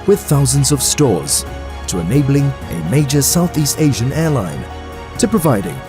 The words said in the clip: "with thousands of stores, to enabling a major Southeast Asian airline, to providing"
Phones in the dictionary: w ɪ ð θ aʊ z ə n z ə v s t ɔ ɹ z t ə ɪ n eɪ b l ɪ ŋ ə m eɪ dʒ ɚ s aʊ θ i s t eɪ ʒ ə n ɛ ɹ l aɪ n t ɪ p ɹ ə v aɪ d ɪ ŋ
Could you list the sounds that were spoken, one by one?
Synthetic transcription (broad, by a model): w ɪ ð θ aʊ z ə n z ə v s t ɔ ɹ z t ə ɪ n eɪ b l ɪ ŋ ə m eɪ dʒ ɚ s aʊ θ i s t eɪ ʒ ə n ɛ ɹ l aɪ n t ɪ p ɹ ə v aɪ d ɪ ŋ